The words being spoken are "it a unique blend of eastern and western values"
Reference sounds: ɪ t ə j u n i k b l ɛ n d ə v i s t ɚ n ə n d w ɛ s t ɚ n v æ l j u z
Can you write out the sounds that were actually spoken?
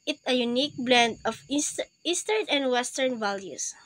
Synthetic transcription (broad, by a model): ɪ t ə j u n i k b l ɛ n d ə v i s t ɚ n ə n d w ɛ s t ɚ n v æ l j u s